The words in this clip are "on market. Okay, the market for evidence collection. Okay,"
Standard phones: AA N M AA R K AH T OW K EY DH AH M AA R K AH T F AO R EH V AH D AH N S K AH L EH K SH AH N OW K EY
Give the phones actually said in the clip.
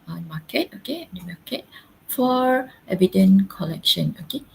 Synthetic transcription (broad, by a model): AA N M AA K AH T OW K EY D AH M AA K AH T F AO R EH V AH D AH N K AH L EH K SH AH N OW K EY